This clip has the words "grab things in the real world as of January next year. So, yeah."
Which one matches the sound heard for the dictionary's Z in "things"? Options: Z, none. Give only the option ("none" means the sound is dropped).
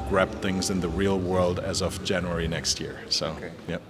Z